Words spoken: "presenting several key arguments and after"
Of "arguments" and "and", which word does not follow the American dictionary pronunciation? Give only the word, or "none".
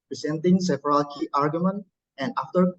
arguments